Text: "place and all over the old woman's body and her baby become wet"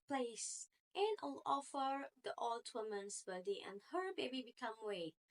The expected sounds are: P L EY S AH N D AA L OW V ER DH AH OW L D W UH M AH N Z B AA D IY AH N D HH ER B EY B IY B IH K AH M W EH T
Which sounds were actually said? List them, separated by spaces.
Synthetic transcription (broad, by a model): P L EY S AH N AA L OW F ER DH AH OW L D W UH M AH N S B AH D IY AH N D HH ER B EY B IY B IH K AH M W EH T